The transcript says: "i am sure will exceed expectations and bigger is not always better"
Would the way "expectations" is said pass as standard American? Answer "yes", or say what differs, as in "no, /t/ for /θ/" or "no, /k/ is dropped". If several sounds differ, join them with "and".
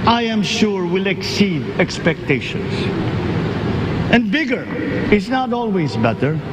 no, /s/ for /z/